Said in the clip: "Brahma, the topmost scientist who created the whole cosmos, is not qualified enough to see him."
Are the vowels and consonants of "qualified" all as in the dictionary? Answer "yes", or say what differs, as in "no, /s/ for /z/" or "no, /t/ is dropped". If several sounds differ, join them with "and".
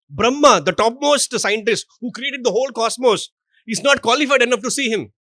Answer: yes